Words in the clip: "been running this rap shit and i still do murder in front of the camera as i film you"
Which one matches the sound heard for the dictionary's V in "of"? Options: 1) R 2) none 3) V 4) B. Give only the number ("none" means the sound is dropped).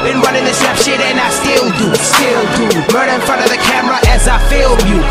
3